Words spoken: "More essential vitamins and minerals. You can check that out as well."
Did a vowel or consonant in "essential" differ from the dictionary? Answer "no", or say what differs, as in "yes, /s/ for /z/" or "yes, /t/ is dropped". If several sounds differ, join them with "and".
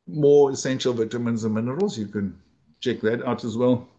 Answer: no